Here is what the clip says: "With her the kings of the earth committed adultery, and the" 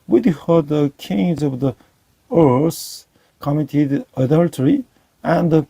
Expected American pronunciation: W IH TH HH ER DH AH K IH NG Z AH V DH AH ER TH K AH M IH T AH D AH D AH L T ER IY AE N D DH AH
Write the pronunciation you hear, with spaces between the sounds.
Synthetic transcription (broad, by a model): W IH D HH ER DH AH K IH NG Z AH V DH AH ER S K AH M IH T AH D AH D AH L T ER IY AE N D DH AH